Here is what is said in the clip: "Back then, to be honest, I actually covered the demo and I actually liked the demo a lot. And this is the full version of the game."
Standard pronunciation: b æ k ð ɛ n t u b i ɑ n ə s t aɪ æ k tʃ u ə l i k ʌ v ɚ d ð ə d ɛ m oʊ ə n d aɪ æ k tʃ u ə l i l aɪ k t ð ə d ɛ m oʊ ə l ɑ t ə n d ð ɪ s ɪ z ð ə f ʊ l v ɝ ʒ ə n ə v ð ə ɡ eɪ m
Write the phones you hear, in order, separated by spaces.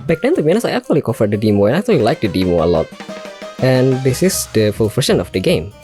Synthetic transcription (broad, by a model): b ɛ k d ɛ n t u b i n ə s aɪ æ k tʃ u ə l i k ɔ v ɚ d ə d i m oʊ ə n aɪ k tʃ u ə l i l aɪ k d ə d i m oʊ ə l ɑ t ə n d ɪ s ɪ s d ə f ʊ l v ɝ ʃ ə n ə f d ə ɡ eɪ m